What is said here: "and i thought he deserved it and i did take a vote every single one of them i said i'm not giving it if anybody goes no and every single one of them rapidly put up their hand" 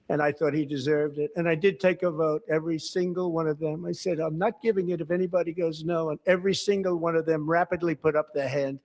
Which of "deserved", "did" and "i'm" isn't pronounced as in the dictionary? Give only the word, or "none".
none